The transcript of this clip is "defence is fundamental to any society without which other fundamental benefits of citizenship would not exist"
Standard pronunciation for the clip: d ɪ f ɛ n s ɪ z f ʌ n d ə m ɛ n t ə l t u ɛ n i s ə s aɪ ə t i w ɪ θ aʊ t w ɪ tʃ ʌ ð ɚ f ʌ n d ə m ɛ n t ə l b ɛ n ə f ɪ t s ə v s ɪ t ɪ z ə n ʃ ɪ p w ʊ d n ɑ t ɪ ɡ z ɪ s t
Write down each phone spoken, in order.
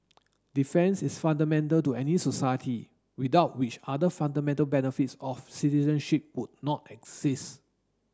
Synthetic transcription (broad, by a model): d ɪ f ɛ n s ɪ s f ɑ n d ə m ɛ n t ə l t u ɛ n i s ə s aɪ ə t i w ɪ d aʊ t w ɪ tʃ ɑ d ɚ f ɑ n d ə m ɛ n t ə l b ɛ n ə f ɪ t s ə f s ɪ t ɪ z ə n ʃ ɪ p w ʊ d n ɑ t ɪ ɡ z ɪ s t